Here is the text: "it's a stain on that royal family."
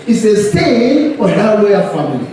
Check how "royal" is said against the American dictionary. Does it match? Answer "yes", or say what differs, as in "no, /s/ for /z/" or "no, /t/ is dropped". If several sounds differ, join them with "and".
no, /l/ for /ɹ/